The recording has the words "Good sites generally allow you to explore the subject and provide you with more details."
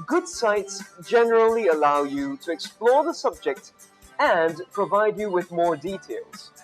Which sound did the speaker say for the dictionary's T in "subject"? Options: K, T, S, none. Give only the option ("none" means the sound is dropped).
T